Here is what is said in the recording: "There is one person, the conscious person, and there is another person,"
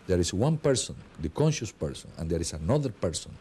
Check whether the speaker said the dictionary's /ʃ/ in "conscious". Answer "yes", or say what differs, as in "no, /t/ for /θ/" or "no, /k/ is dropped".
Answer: yes